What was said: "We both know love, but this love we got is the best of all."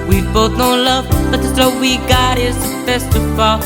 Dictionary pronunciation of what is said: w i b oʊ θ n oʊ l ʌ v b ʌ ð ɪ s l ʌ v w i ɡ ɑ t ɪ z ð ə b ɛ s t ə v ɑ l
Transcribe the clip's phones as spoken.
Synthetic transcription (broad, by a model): w i b oʊ θ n oʊ l ʌ v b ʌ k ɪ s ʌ w i ɡ ɑ t ɪ z ð ə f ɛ s t ə v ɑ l